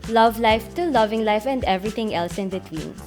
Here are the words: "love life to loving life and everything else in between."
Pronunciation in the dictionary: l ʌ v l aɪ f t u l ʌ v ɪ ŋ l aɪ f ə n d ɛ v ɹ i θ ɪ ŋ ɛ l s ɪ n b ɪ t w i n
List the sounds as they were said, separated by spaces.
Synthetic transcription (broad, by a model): l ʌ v l aɪ f t u l ʌ v ɪ ŋ l aɪ f ə n d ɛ v ɹ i t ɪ ŋ ɛ l s ɪ n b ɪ t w i n